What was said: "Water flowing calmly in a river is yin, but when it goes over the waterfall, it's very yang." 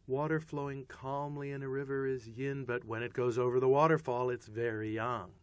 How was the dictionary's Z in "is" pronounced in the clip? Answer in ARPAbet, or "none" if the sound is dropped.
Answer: Z